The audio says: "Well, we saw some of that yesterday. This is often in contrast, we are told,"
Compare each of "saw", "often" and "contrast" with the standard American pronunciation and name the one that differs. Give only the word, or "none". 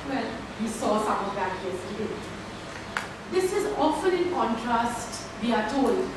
none